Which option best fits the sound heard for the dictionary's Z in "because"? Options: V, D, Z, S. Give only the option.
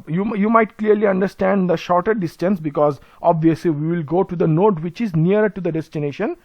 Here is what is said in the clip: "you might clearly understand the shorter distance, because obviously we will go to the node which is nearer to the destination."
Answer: Z